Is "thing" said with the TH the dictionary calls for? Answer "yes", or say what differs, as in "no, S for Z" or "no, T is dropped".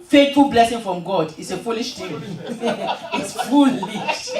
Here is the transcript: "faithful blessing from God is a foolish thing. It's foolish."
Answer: no, T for TH